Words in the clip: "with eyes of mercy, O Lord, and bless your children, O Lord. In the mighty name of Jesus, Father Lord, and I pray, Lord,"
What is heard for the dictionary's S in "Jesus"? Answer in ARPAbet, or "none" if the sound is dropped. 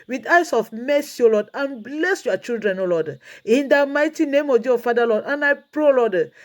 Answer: none